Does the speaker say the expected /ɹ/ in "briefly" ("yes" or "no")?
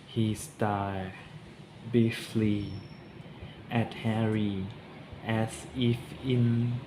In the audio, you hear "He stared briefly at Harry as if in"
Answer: no